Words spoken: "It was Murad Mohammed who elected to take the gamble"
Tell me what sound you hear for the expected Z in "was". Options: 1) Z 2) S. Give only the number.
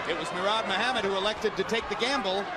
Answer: 1